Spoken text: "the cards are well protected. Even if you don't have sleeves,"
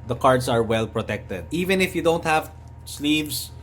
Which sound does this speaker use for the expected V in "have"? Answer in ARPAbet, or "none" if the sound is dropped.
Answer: V